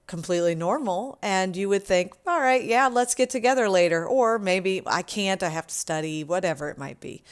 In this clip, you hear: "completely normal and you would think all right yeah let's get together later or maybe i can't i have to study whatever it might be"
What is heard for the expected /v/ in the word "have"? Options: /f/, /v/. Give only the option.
/f/